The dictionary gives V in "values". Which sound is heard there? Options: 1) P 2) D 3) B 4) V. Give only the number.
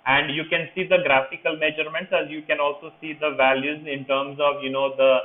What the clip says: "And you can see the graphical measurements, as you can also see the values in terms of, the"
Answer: 4